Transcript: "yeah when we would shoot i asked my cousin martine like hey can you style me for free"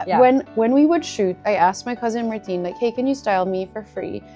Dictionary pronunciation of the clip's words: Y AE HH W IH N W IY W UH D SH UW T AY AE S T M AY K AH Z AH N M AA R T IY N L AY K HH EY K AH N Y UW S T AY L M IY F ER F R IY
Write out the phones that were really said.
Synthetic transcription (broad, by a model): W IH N W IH N W IY W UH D SH UW T AY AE S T M AY K AH Z AH N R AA T IY N L AY K HH EY K AH N Y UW S T AY L M IY F ER F R IY